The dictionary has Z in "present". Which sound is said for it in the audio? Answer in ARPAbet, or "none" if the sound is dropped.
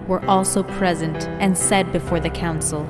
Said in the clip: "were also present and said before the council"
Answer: Z